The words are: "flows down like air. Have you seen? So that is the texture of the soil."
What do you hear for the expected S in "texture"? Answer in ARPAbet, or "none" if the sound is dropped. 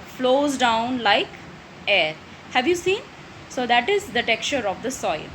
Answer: none